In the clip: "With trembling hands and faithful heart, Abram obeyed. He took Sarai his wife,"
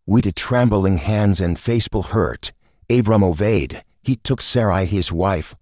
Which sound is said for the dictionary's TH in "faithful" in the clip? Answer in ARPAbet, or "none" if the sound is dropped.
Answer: S